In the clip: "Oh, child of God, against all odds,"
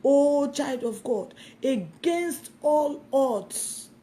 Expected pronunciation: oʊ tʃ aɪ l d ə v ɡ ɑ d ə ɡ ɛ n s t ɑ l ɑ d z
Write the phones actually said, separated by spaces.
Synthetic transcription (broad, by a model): oʊ tʃ aɪ l d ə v ɡ ɑ d ə ɡ ɛ n s t ɑ l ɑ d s